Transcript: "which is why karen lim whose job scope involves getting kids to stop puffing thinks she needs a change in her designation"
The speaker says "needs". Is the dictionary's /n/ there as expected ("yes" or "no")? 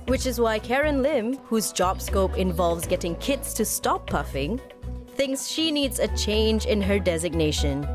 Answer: yes